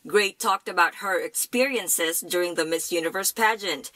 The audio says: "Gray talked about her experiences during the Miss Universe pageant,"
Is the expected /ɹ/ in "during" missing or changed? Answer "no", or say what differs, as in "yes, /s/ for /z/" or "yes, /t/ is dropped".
no